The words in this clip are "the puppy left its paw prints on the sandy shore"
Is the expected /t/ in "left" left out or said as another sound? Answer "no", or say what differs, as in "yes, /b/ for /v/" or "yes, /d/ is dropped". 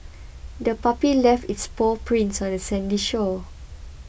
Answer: no